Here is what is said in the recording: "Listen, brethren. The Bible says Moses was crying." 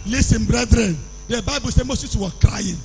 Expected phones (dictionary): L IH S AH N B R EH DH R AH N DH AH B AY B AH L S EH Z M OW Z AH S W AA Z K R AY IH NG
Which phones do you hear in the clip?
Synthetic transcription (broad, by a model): L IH S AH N B R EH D R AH N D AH B AY B AH L S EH M OW S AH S W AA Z K R AY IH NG